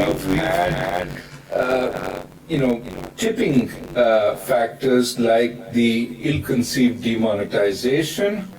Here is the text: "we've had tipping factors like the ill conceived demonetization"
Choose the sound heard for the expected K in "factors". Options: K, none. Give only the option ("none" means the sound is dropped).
K